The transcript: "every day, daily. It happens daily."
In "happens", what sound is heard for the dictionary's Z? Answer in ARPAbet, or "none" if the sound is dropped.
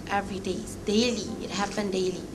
none